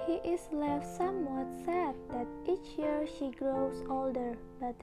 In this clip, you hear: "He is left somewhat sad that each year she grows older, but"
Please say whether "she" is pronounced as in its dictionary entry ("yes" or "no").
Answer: yes